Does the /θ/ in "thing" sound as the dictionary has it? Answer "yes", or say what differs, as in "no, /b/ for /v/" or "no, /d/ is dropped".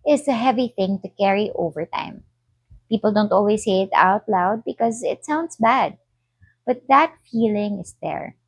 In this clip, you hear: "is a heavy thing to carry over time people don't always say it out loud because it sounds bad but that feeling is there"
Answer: yes